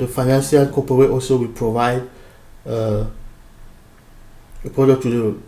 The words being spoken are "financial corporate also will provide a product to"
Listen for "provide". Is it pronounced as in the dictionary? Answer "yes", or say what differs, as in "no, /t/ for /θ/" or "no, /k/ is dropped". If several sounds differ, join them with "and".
yes